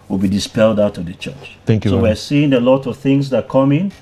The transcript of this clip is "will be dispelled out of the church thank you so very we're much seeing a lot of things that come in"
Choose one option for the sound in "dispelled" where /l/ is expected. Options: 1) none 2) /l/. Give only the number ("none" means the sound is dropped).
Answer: 2